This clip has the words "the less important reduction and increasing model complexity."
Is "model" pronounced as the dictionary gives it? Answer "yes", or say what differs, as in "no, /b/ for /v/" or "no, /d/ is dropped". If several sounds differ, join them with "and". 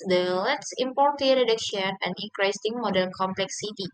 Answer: no, /n/ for /l/